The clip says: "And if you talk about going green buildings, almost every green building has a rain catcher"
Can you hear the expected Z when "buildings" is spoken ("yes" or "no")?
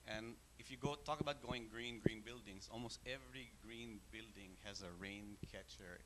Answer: no